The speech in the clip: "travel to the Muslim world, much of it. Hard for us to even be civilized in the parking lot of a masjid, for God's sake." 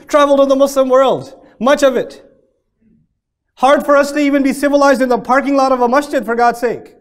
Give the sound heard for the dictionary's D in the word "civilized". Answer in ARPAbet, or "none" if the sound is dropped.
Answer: D